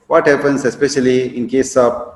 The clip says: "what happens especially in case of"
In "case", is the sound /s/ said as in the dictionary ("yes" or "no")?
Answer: yes